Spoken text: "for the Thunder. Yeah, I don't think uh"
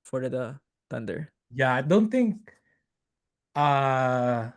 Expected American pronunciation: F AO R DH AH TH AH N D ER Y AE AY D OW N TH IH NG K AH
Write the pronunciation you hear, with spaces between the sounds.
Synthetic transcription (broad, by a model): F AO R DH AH T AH N D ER Y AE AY D OW N T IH NG K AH